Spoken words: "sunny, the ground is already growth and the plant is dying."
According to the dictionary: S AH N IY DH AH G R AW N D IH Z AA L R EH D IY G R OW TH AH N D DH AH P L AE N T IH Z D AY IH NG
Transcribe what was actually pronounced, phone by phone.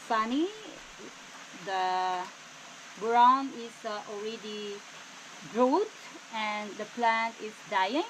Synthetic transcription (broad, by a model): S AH N IY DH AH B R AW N IH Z AA L R EH D IY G R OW T AH N D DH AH P L AE N T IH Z D AY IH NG